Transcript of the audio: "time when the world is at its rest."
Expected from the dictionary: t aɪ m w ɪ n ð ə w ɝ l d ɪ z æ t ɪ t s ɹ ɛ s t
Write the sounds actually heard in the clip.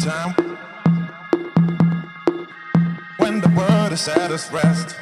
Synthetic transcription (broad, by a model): t aɪ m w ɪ n ð ə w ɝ d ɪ s æ t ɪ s ɹ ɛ s t